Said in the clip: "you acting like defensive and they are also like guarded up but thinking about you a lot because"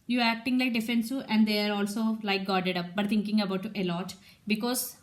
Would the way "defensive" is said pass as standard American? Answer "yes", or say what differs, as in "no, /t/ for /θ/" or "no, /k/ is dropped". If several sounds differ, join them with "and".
no, /v/ is dropped